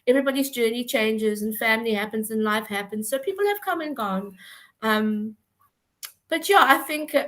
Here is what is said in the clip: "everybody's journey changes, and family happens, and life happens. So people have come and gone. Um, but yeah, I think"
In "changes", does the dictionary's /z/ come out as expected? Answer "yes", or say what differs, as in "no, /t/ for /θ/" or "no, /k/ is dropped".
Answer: yes